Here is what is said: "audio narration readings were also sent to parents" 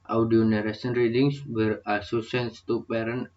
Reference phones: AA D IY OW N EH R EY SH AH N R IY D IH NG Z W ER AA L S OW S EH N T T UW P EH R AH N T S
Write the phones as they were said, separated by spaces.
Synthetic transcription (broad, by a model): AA D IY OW N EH R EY S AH N R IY D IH NG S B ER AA S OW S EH N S T UW P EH R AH N